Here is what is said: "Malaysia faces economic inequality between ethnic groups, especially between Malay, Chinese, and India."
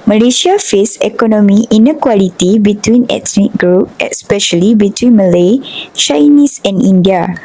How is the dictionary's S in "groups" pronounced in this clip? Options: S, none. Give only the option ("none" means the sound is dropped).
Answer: none